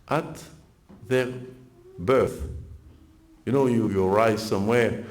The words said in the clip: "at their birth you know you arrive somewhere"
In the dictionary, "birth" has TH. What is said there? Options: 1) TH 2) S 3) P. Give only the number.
1